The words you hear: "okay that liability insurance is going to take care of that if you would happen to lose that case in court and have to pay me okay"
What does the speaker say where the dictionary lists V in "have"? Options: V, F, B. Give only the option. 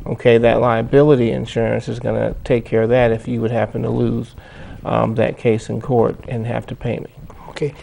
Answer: F